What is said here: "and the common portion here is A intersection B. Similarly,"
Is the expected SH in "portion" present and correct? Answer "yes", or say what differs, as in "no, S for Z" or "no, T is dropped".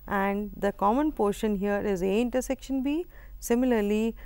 yes